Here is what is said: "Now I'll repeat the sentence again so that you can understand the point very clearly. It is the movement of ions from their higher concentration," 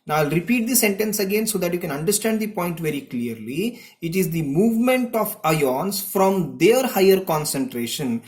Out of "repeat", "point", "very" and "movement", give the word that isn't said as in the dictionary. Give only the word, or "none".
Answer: none